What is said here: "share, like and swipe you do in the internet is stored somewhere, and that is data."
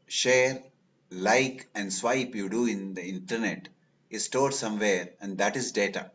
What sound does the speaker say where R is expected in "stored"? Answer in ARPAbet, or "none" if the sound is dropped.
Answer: R